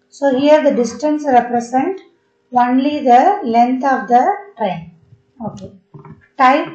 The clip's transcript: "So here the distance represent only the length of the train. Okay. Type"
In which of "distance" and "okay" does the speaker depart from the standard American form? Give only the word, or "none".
none